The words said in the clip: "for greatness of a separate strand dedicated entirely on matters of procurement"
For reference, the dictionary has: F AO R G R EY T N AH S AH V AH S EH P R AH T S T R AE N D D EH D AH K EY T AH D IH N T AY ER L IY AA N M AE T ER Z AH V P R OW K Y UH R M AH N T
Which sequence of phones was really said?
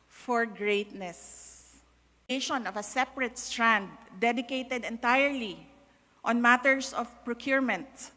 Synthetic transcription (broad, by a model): F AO R G R EY T N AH S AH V AH S EH P R AH T S T R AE N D D EH D AH K EY T AH D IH N T AY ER L IY AA N M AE T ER S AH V P R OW K Y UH R M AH N T